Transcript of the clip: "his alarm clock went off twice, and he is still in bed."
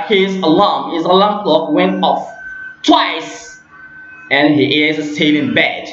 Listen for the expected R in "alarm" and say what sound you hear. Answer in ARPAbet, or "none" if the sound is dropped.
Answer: L